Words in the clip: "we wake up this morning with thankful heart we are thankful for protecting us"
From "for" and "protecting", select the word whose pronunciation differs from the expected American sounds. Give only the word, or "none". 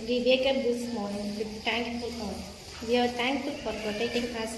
none